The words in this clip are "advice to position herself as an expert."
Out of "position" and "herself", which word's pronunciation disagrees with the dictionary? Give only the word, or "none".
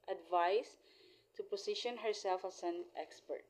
position